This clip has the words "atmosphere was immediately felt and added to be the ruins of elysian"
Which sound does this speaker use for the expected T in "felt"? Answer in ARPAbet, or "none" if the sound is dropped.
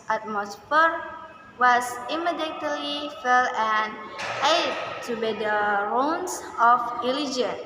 none